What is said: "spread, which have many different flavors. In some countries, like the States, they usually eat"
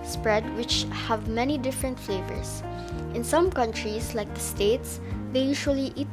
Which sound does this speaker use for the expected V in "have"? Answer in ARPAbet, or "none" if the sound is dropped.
V